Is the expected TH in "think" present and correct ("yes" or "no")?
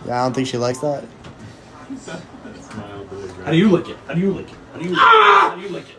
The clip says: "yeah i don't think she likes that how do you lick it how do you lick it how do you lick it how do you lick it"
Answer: yes